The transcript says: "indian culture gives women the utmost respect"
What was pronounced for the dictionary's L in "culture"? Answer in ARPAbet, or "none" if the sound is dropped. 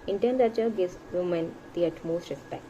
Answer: none